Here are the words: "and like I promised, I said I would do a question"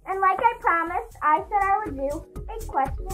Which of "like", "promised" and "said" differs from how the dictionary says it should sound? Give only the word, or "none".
none